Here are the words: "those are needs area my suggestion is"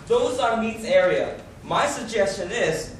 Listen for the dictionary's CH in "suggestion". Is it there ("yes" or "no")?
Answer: yes